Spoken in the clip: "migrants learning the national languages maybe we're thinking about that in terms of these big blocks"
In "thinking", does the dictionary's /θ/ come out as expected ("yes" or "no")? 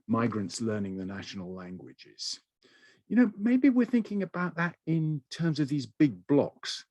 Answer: yes